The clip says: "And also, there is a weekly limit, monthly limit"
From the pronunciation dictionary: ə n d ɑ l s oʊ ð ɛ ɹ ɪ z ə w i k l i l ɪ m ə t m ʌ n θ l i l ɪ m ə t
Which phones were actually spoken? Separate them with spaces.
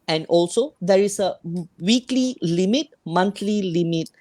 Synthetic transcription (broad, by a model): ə n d ɑ l s oʊ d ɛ ɹ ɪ s ə w i k l i l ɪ m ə t m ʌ n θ l i l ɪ m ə t